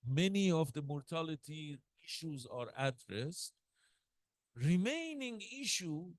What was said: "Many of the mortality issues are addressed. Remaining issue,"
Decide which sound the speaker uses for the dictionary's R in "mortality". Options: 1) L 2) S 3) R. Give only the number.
3